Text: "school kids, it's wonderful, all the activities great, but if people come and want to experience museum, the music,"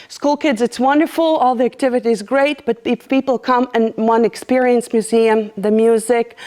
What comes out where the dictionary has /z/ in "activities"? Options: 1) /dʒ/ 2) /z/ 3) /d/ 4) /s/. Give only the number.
2